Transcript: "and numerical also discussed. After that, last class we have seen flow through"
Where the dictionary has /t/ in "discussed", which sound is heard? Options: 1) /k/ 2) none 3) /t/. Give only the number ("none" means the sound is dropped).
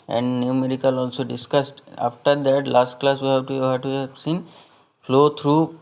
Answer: 3